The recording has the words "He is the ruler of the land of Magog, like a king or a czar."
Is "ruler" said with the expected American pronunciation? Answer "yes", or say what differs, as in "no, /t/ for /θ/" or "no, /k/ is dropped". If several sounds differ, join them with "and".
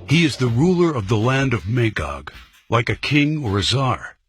yes